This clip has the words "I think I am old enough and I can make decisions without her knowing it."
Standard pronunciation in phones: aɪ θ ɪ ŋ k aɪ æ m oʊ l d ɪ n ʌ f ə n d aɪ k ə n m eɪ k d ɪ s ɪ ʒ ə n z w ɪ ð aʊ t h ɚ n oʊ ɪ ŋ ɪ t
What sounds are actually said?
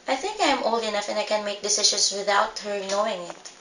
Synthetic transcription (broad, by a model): aɪ θ ɪ ŋ k aɪ m oʊ l d ɪ n ʌ f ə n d aɪ k ə n m eɪ k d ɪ s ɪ ʃ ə n s w ɪ ð aʊ t h ɚ n oʊ ɪ ŋ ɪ t